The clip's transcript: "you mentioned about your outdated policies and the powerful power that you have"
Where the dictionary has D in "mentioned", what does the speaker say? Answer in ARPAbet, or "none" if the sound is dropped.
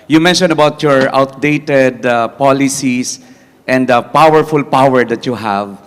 none